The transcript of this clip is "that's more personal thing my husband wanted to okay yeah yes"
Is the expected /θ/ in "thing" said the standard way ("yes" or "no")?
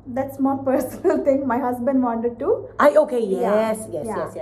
no